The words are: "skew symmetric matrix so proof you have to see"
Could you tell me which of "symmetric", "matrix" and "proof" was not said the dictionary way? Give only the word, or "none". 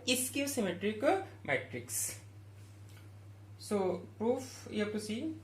none